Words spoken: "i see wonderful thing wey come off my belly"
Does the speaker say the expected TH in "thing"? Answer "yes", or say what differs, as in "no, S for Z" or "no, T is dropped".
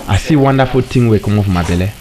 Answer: no, T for TH